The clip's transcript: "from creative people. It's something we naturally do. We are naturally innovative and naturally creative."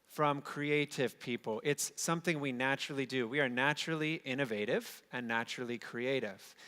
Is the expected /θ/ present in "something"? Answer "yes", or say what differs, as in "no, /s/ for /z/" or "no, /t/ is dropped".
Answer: yes